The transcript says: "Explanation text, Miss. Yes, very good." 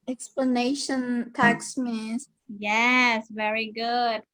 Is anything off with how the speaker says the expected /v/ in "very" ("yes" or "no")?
no